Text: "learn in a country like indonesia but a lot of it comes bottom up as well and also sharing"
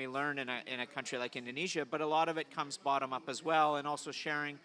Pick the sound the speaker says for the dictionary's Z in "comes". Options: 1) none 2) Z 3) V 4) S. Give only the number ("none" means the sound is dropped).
2